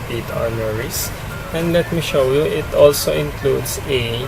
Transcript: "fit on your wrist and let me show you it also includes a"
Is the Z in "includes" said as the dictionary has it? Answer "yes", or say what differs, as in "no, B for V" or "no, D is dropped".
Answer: no, S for Z